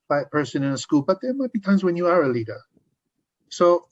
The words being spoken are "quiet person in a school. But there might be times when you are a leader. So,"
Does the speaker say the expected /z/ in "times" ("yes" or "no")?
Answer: yes